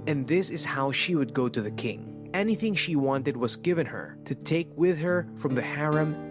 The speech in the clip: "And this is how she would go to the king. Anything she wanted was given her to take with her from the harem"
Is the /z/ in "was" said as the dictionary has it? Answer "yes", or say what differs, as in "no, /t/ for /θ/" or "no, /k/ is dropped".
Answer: yes